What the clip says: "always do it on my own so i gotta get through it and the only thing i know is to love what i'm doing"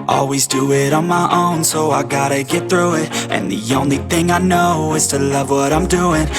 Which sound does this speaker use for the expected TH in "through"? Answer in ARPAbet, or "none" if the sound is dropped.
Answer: TH